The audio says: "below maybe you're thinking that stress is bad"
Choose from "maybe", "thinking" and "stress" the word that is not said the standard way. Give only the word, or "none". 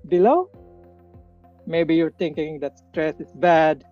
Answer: thinking